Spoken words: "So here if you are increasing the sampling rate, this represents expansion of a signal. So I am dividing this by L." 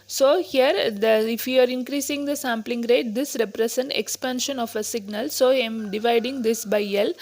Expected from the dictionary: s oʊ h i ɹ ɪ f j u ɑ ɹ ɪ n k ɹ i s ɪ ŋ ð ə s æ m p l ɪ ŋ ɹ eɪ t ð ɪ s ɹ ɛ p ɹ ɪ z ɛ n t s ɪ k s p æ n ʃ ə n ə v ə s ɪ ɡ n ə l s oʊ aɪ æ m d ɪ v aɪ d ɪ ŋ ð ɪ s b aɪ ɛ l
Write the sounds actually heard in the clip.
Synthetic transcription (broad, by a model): s oʊ h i ɹ ɪ f j u ɑ ɹ ɪ n k ɹ i s ɪ ŋ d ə s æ m p l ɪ ŋ ɹ eɪ t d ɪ s ɹ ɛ p ɹ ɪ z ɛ n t ɪ k s p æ n ʃ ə n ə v ə s ɪ ɡ n ə l s oʊ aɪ m d ɪ v aɪ d ɪ ŋ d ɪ s b aɪ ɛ l